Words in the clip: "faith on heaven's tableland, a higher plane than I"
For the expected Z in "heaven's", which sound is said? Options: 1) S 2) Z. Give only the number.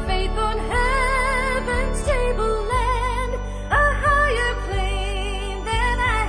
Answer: 1